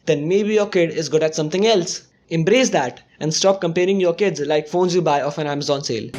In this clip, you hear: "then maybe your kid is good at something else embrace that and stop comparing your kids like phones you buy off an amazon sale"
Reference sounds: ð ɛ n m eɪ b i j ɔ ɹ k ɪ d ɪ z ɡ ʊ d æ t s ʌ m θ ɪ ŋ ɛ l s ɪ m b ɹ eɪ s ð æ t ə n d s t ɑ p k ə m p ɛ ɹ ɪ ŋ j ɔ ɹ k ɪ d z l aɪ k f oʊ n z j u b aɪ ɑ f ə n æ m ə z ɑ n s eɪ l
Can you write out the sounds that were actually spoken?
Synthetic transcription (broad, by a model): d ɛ n m eɪ b i j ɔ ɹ k ɪ d ɪ z ɡ ʊ d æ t s ʌ m t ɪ ŋ ɛ l s ɪ m b ɹ eɪ s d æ t ə n d s t ɑ p k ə m p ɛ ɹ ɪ ŋ j ɔ ɹ k ɪ d z l aɪ k f oʊ n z j u b aɪ ɑ f ə n æ m ə z ɑ n s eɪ l